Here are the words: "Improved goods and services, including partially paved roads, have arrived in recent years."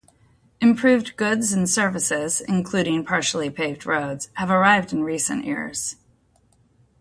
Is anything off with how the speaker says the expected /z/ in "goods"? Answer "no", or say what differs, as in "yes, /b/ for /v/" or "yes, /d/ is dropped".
no